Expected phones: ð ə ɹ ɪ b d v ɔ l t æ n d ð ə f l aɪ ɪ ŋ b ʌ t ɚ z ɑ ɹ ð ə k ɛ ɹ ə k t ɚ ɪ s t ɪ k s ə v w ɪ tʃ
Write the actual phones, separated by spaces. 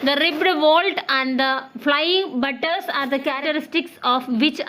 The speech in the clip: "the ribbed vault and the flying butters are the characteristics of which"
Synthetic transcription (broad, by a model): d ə ɹ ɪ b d v ɔ l t æ n d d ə f l aɪ ɪ ŋ b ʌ t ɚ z ɑ ɹ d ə k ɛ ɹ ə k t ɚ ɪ s t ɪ k s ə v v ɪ tʃ